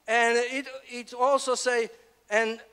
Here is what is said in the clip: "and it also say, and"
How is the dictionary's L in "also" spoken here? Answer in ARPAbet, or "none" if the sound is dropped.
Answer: L